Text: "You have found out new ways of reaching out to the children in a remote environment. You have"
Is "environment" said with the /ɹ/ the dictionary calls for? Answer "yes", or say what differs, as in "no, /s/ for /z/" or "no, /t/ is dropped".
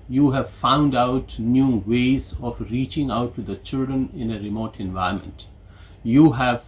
no, /ɹ/ is dropped